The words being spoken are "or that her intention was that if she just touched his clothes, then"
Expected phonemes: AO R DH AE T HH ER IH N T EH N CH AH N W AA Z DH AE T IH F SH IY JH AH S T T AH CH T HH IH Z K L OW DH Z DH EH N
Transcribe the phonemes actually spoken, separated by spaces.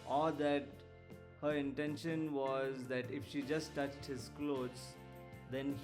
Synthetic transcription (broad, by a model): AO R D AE T HH ER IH N T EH N SH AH N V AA Z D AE T IH F SH IY JH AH S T T AH CH T HH IH Z K L OW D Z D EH N